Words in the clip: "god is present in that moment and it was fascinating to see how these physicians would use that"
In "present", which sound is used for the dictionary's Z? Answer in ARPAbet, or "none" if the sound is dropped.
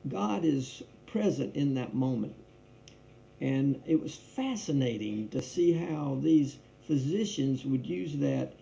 Z